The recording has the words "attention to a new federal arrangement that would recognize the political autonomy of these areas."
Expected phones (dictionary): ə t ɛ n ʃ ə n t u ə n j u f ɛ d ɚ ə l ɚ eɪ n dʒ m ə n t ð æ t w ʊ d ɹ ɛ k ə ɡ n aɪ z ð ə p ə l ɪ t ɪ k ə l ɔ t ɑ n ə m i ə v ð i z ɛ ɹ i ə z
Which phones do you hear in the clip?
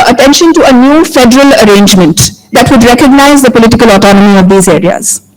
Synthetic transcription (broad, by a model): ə t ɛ n ʃ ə n t u ə n j u f ɛ d ɚ ə l ɚ eɪ n dʒ m ə n t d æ t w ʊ d ɹ ɛ k ə ɡ n aɪ z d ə p ə l ɪ t ɪ k ə l ɔ t ɑ n ə m i ə v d i z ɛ ɹ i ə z